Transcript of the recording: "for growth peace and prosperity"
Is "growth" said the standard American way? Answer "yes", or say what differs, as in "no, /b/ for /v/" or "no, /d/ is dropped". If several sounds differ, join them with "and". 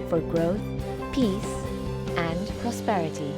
yes